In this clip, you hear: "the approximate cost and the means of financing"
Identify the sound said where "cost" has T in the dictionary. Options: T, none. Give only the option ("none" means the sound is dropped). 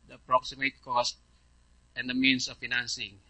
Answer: T